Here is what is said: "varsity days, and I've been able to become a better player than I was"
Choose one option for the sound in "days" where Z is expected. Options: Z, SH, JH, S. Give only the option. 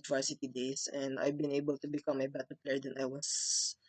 S